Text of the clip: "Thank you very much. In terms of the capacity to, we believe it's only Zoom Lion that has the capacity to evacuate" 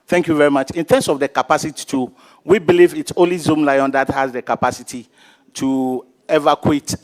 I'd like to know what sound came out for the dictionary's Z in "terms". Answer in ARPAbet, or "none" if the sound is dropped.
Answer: S